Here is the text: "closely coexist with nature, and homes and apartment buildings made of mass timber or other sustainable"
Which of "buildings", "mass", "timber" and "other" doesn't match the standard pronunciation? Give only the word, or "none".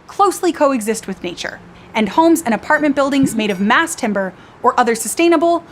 none